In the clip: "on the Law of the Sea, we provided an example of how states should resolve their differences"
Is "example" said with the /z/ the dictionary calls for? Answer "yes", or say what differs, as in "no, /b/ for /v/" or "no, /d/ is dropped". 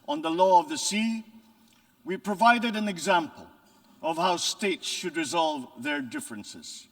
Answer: yes